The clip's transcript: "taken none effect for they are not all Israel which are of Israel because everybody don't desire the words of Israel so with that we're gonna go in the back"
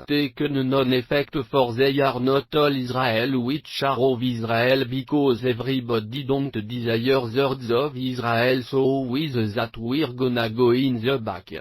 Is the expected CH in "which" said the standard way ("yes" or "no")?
no